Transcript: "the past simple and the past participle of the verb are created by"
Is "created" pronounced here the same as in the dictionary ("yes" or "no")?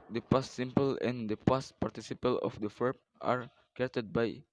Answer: no